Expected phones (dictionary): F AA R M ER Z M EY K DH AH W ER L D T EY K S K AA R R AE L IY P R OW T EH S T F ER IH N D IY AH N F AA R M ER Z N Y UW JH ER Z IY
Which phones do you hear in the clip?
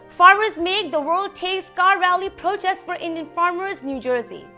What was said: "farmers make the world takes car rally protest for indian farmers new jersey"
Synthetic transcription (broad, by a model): F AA R M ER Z M EY K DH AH W ER L D T EY K S K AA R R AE L IY P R OW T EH S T F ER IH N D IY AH N F AA R M ER Z N Y UW JH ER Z IY